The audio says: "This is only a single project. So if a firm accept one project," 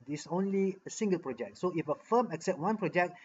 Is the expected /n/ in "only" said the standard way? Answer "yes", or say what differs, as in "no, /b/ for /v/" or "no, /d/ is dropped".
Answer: yes